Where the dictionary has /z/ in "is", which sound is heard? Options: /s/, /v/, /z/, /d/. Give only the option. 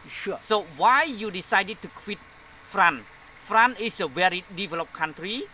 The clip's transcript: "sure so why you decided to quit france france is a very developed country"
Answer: /s/